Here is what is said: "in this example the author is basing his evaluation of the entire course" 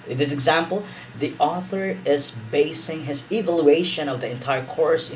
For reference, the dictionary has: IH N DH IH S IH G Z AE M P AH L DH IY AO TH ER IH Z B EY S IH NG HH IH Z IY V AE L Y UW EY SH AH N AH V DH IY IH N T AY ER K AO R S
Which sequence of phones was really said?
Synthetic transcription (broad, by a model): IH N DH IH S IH G Z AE M P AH L DH IY AO TH ER IH Z B EY S IH NG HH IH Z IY V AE L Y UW EY SH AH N AH V DH IY IH N T AY ER K AO R S